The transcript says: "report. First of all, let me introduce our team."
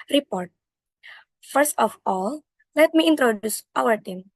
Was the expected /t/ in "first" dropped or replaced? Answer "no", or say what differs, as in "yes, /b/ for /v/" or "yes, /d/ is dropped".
no